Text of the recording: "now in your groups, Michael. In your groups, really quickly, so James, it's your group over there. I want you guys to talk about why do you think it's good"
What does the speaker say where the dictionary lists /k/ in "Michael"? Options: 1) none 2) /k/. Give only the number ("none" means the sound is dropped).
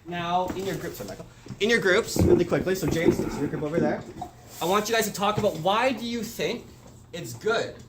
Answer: 1